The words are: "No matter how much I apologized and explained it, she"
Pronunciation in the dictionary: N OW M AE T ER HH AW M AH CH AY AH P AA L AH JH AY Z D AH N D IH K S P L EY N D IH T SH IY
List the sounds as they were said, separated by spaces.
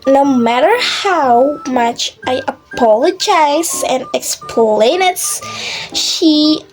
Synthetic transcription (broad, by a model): N OW M AE T ER HH AW M AH CH AY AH P AA L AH JH AY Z AH N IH K S P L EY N IH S SH IY